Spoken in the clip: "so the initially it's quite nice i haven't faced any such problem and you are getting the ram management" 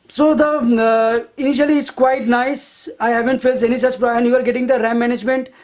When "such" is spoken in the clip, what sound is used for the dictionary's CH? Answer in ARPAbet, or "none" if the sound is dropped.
CH